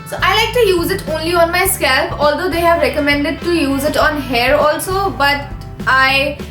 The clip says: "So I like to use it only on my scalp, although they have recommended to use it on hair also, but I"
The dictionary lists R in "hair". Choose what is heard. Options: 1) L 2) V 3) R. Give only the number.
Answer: 3